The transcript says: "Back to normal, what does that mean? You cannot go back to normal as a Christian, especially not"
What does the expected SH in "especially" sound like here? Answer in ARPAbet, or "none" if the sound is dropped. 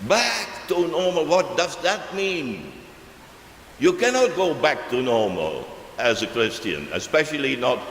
SH